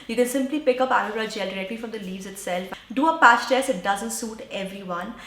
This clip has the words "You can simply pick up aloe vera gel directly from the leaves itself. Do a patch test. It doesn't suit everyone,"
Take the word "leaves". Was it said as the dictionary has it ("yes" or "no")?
yes